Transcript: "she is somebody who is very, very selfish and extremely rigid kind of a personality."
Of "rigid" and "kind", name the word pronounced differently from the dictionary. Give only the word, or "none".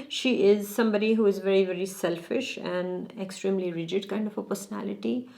none